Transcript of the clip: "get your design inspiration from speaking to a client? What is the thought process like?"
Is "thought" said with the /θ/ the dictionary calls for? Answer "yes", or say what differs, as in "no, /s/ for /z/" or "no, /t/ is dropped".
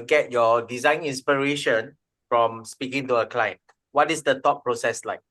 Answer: no, /t/ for /θ/